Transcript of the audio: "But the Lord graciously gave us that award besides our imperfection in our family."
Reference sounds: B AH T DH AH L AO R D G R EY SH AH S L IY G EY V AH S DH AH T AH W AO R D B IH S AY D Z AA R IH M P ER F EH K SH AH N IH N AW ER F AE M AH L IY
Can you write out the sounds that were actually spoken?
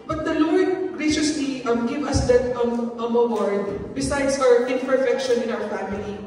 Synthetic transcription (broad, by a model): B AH T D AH L AO R D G R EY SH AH S L IY G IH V AH S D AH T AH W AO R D B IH S AY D S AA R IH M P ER F EH K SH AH N IH N AW ER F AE M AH L IY